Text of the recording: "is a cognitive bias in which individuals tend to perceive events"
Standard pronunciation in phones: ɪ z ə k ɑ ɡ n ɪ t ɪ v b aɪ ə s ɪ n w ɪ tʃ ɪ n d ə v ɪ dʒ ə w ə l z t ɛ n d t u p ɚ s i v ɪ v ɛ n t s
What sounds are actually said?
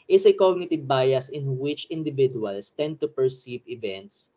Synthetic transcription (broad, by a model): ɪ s ə k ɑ ɡ n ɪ t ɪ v b aɪ ə s ɪ n w ɪ tʃ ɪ n d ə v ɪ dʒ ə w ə l s t ɛ n d t u p ɚ s i v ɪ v ɛ n t s